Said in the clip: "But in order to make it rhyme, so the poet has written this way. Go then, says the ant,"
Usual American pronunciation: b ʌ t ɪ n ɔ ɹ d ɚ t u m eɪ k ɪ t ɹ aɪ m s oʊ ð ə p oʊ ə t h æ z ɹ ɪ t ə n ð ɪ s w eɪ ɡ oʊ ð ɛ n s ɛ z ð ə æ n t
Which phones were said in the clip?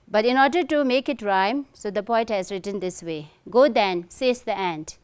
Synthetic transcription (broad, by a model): b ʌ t ɪ n ɔ ɹ d ɚ t u m eɪ k ɪ t ɹ aɪ m s oʊ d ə p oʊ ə t h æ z ɹ ɪ t ə n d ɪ s w eɪ ɡ oʊ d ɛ n s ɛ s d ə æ n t